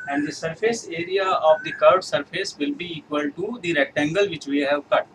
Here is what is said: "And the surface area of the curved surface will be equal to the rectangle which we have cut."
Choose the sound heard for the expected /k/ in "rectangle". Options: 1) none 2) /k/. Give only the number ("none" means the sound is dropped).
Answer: 2